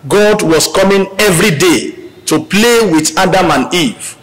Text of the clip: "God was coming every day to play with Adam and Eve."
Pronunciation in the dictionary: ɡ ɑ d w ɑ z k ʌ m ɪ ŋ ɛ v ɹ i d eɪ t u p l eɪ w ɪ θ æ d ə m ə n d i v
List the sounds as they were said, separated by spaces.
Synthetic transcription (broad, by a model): ɡ ɑ d w ɑ s k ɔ m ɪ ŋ ɛ v ɹ i d eɪ t u p l eɪ w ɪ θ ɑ d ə m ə n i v